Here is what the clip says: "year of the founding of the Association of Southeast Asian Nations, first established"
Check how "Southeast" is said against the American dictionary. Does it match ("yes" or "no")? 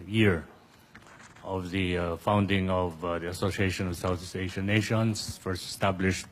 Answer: no